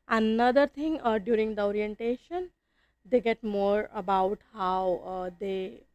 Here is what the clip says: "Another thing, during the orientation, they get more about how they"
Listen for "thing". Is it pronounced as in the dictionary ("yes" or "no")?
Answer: no